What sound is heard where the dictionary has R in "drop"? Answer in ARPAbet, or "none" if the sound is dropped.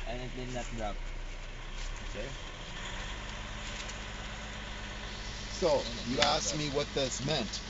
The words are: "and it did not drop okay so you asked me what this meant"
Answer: none